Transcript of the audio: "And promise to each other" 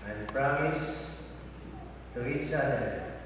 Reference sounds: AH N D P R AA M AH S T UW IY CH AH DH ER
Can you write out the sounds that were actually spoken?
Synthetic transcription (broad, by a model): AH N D P R AA M AH S T UW IY CH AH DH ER